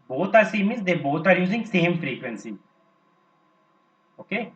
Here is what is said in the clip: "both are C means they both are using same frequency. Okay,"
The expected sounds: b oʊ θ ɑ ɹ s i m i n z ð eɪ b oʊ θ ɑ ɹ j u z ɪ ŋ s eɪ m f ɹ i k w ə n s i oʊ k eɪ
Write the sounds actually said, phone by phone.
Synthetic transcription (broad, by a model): b oʊ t ɑ ɹ s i m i z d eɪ b oʊ t ɑ ɹ j u z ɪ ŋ s eɪ m f ɹ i k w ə n s i oʊ k eɪ